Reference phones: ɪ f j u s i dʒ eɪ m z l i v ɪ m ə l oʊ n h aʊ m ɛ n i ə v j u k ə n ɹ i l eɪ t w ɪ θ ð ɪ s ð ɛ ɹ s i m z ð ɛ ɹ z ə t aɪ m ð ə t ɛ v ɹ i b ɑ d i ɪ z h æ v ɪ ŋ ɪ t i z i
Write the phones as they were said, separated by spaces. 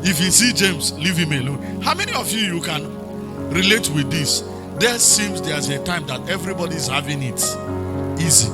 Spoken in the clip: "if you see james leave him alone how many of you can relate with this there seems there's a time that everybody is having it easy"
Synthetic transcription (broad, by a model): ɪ f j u s i dʒ eɪ m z l i v ɪ m ə l oʊ n h aʊ m ɛ n i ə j j u k ə n ɹ i l eɪ t w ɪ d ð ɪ s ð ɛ s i m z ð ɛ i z ə t aɪ m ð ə t ɛ v ɹ i b ɑ d i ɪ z h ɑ v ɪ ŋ ɪ t i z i